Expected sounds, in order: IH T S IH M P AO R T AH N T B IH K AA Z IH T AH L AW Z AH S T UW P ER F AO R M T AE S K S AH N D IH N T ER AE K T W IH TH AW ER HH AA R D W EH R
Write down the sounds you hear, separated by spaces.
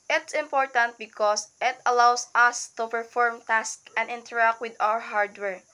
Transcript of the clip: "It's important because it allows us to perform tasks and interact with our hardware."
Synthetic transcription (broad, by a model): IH T S IH M P AO R T AH N T B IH K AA S IH T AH L AW S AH S T UW P ER F AO R M T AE S K AH N D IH N T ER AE K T W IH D AW ER HH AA R D W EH R